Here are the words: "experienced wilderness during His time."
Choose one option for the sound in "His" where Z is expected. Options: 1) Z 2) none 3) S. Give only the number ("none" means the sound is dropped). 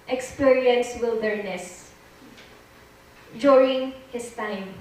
3